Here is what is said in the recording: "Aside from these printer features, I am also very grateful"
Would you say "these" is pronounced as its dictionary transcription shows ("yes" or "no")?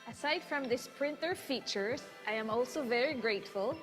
no